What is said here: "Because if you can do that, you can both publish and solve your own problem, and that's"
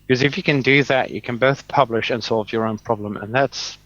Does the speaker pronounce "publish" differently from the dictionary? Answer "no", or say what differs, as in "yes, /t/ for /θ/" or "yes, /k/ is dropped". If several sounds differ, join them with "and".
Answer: no